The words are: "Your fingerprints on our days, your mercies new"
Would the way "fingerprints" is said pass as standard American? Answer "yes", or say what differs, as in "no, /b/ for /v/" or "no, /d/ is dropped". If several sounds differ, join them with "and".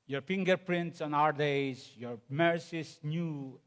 yes